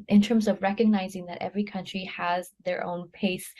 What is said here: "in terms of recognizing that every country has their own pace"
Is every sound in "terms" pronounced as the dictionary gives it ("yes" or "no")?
yes